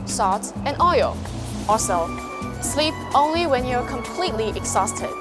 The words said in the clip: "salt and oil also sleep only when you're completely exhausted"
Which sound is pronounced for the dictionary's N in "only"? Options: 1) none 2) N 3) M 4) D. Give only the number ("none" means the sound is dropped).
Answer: 2